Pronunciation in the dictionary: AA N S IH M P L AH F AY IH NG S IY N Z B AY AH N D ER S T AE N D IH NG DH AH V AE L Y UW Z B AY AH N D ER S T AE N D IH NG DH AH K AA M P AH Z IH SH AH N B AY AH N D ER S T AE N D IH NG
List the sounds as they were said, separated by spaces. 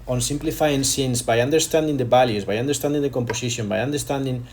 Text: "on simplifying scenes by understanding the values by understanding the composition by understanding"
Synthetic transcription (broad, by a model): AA N S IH M P L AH F AY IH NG S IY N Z B AY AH N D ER S T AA N D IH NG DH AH B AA L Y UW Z B AY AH N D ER S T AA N D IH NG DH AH K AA M P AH S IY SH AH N B AY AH N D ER S T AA N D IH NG